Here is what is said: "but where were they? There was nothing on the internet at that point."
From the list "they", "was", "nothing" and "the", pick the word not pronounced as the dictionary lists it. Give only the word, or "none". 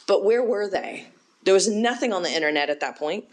none